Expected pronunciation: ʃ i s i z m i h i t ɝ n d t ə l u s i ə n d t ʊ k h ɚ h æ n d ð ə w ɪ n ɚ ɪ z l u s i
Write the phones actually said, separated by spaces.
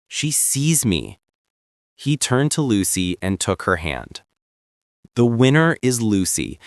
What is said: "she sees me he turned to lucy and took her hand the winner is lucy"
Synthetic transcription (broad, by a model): ʃ i s i z m i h i t ɝ n t ə l u s i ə n t ʊ k h ɚ h æ n d ð ə w ɪ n ɚ ɪ z l u s i